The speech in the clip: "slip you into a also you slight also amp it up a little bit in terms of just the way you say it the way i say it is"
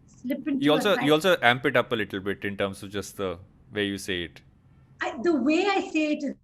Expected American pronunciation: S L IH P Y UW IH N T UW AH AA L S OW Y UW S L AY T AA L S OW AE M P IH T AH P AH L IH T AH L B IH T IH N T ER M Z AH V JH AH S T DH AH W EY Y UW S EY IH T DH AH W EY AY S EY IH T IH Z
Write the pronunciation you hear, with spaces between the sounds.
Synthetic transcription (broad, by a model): S L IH P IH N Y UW AA L S OW Y UW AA L S OW AE M P IH T AH P AH L IH T L B IH T IH N T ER M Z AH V JH AH S T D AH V EY Y UW S EY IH T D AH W EY AY S EY IH T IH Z